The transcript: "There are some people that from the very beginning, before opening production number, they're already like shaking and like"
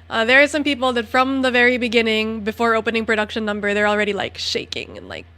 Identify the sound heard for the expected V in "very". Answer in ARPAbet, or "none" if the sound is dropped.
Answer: V